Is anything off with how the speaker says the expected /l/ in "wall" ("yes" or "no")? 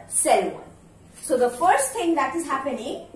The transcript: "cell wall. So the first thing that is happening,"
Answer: yes